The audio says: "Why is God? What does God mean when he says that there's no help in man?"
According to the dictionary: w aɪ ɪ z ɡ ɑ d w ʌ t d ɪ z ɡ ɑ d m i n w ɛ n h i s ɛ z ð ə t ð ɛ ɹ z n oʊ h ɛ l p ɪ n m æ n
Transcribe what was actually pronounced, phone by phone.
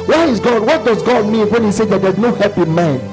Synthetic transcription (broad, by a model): w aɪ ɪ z ɡ ɑ d w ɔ t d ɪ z ɡ ɑ d m i n w ɛ n h i s ɛ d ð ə t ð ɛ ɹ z n oʊ h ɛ p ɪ m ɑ n